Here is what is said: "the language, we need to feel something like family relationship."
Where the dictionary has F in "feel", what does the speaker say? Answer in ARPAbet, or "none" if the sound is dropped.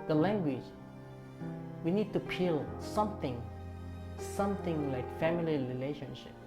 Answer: P